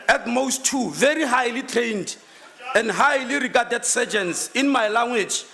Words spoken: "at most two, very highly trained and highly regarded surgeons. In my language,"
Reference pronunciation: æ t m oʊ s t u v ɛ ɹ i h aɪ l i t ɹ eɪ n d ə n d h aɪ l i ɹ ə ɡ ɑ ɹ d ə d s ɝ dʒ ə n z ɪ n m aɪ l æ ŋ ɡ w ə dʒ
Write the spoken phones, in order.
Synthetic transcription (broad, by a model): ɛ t m oʊ s t u v ɛ ɹ i h aɪ l i t ɹ eɪ n d ə n d h aɪ l i ɹ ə ɡ ɑ d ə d s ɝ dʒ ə n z ɪ n m aɪ l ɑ ŋ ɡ w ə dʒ